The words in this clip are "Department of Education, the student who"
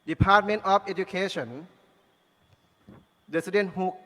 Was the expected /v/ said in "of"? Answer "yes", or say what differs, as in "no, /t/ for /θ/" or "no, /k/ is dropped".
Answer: no, /f/ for /v/